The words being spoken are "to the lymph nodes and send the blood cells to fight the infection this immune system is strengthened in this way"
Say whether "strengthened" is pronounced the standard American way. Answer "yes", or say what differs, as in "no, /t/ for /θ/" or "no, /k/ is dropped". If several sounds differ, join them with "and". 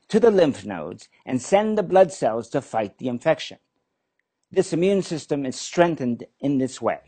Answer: yes